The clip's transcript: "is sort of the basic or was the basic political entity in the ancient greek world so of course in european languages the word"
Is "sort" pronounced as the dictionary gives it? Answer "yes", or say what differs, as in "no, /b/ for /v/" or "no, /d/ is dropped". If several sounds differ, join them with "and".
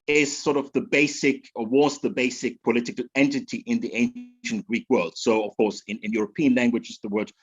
yes